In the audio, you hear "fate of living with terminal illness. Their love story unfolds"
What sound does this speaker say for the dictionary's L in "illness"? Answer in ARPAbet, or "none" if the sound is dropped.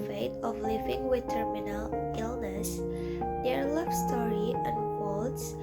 L